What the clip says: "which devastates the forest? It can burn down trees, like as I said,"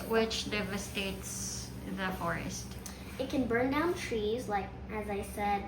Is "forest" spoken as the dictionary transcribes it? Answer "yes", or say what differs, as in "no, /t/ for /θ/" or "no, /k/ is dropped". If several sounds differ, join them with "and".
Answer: yes